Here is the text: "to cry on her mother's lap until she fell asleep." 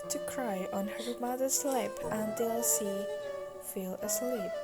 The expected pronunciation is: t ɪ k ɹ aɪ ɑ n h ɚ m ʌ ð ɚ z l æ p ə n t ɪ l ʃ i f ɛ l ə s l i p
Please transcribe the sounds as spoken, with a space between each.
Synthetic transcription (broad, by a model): t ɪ k ɹ aɪ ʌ n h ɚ m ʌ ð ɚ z l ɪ p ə n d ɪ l s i f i l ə s l i p